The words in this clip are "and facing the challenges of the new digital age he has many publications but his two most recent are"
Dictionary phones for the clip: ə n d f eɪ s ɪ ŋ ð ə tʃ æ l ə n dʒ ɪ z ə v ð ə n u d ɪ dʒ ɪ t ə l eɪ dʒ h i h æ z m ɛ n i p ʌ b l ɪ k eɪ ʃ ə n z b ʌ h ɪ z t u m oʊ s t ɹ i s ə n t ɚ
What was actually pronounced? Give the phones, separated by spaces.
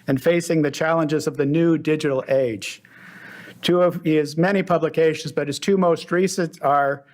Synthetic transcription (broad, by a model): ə n f eɪ s ɪ ŋ ð ə tʃ æ l ə n dʒ ɪ z ə v ð ə n u d ɪ dʒ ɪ t l eɪ dʒ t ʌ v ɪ z m ɛ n i p ʌ b l ɪ k eɪ ʃ ə n z b ʌ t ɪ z t u m oʊ s t ɹ i s ə n t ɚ